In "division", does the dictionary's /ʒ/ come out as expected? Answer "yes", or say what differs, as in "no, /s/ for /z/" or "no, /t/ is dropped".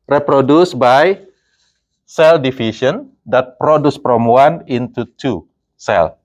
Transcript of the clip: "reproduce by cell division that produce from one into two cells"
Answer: no, /ʃ/ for /ʒ/